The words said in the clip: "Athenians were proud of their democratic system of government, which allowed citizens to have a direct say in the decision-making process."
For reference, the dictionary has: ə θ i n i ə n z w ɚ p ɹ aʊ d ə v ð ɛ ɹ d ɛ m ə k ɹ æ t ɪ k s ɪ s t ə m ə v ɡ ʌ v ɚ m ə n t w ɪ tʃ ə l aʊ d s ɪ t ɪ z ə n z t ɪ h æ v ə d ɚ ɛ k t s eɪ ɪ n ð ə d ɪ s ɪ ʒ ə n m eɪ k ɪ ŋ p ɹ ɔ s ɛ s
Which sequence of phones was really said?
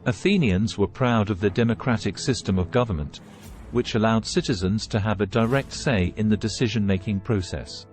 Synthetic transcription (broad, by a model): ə θ i n i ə n z w ɚ p ɹ aʊ d ə v ð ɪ d ɛ m ə k ɹ æ t ɪ k s ɪ s t ə m ə v ɡ ʌ v ɚ m ə n t w ɪ tʃ ə l aʊ d s ɪ t ɪ z ə n z t ɪ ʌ v ə d ɚ ɛ k t s eɪ ɪ n ð ə d ɪ s ɪ ʒ ə n m eɪ k ɪ ŋ p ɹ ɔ s ɛ s